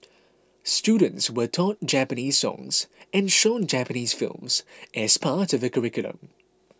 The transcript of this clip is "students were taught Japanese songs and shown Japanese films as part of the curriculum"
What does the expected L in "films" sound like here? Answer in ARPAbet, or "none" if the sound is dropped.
L